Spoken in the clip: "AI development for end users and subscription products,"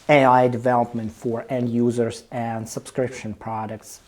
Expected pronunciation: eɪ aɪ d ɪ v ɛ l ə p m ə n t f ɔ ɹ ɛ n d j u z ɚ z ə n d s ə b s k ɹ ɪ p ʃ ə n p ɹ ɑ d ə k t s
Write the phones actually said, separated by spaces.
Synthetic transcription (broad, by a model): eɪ aɪ d ɪ v ɛ l ə p m ə n t f ɔ ɹ ɛ n d j u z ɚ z ə n d s ə b s k ɹ ɪ p ʃ ə n p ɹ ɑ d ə k t s